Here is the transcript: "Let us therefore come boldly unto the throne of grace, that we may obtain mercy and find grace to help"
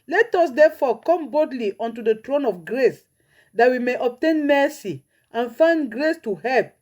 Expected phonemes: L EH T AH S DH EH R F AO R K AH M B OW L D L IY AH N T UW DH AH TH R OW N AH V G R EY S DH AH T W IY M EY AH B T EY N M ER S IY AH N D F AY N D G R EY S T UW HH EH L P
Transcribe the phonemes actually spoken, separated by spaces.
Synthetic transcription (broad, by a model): L EH T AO S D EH F AO K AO M B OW D L IY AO N T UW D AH T R OW N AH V G R EY S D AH T W IY M EY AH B T EY N M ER S IY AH N F AY N D G R EY S T UW HH EH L P